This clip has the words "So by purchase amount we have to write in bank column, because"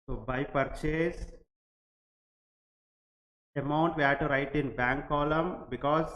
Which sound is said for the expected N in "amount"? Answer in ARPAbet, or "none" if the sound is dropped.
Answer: N